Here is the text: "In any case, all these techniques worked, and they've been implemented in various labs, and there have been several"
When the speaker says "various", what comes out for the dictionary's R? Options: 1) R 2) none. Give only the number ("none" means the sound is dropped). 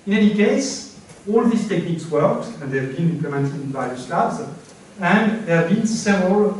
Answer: 2